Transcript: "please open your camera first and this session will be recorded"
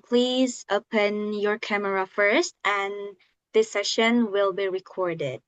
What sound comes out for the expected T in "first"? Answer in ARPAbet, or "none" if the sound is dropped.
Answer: T